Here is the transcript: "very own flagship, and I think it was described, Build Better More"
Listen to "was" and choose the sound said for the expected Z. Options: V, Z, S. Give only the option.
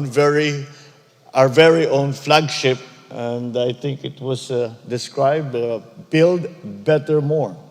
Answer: S